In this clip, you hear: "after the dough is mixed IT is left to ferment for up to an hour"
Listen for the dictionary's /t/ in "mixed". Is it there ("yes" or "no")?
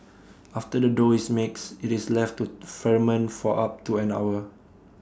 no